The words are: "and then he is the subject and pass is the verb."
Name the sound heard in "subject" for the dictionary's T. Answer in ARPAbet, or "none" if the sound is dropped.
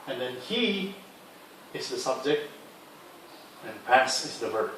T